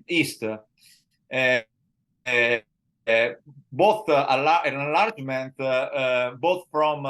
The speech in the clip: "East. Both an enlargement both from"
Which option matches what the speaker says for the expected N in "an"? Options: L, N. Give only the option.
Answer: L